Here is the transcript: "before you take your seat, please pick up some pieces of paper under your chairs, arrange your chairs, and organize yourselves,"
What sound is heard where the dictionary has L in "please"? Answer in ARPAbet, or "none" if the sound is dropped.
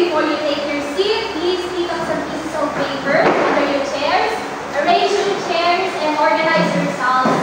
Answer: L